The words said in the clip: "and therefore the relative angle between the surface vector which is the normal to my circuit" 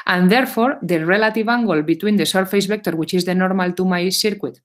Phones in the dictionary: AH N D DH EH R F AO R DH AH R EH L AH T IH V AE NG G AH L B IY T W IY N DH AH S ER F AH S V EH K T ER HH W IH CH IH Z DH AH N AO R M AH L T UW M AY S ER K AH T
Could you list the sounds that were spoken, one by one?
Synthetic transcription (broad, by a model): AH N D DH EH R F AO R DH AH R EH L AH T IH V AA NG G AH L B IY T W IY N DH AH S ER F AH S B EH K T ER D W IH CH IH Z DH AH N AO R M AH L T UW M AY S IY K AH T